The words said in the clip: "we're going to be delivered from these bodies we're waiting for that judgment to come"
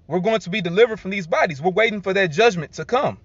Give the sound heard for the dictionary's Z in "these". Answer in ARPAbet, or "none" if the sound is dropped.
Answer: Z